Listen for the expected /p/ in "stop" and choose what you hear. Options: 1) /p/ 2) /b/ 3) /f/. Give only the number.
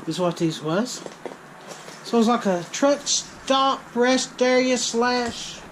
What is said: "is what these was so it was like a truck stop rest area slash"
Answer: 2